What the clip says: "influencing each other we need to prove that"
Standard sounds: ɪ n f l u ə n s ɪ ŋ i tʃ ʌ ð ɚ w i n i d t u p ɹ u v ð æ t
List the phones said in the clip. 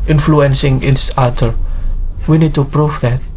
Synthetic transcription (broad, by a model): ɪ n f l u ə n s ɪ ŋ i s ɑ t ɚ w i n i d t u p ɹ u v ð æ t